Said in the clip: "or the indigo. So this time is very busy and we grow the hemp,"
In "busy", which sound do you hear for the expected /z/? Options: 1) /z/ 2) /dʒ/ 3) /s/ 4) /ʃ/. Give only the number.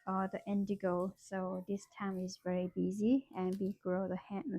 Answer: 1